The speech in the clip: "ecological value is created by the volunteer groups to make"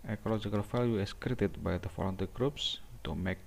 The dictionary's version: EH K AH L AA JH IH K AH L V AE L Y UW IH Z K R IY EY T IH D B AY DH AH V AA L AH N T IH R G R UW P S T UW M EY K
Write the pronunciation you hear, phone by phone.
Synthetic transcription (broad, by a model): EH K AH L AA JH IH K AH L F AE L Y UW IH S K R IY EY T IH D B AY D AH F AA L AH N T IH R G R UW P S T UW M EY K